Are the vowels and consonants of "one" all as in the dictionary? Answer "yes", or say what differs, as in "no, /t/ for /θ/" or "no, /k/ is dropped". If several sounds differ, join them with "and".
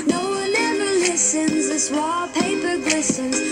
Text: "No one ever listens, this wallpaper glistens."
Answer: no, /l/ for /n/